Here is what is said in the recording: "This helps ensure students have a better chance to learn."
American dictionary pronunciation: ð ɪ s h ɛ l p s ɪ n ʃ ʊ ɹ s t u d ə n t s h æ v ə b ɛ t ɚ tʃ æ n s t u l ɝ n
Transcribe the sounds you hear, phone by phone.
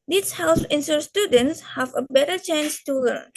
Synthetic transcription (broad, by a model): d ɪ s h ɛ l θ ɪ n s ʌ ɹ s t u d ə n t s h æ v ə b ɛ t ɚ tʃ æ n s t u l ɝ n